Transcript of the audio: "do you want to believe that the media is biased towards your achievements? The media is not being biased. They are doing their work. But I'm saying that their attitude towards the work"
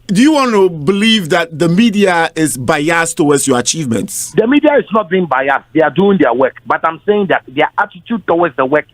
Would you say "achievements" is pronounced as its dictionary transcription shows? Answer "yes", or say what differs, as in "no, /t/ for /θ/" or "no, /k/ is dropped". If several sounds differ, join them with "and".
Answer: yes